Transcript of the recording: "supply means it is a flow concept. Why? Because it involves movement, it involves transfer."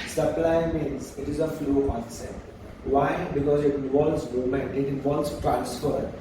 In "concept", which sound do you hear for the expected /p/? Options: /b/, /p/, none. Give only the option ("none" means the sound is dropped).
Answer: none